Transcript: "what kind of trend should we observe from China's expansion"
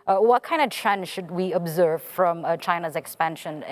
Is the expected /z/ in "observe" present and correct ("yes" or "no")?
yes